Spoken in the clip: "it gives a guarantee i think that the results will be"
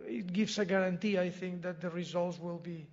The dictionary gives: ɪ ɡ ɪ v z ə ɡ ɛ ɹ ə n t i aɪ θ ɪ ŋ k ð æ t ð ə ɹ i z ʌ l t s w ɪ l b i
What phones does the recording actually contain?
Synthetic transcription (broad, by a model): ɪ ɡ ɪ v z ə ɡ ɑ ɹ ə n t i aɪ θ ɪ ŋ k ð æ t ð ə ɹ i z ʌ l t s w ɪ l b i